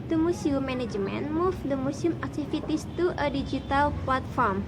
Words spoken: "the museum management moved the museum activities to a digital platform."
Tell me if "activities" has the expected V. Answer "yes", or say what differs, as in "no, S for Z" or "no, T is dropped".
no, F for V